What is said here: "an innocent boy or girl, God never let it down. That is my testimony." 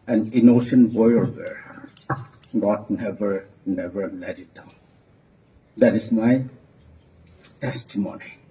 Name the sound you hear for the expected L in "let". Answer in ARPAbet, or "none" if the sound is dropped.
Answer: N